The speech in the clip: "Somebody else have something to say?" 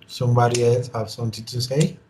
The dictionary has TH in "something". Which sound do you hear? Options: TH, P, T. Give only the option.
T